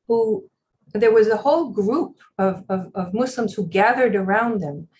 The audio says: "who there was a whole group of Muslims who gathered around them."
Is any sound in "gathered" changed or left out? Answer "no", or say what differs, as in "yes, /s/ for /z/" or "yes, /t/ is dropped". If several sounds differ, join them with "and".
no